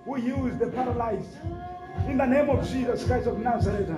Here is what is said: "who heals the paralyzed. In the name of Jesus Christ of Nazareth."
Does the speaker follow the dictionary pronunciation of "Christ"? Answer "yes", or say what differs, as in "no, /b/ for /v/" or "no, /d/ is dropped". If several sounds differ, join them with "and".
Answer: no, /ɹ/ is dropped